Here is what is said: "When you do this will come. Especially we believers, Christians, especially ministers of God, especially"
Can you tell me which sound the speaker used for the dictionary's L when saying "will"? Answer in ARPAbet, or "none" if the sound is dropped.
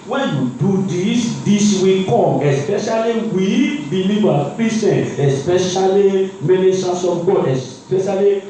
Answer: W